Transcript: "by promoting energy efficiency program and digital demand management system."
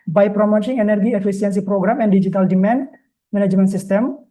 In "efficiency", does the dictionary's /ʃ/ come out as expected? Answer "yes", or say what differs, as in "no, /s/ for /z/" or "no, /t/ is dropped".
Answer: no, /s/ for /ʃ/